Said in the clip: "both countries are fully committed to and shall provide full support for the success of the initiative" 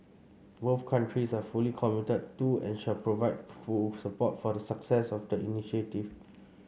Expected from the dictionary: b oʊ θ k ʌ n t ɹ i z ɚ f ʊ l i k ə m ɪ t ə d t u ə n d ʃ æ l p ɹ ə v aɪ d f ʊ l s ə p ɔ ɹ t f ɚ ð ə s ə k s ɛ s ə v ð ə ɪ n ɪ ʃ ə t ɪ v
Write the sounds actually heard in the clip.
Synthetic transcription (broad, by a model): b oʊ f k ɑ n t ɹ i s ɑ f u l i k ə m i t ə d t u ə n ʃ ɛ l p ɹ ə v aɪ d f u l s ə p ɔ t f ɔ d ə s ə k s ɛ s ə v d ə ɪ n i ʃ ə t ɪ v